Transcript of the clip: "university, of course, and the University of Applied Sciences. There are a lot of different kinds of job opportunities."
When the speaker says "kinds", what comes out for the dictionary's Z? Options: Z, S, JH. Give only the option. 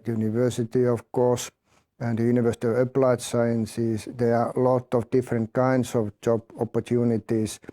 S